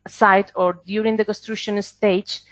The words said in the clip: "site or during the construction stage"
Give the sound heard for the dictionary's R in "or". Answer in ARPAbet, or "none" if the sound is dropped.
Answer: R